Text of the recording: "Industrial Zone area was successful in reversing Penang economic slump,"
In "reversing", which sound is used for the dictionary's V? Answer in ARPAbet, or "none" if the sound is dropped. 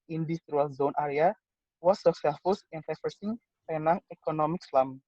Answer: F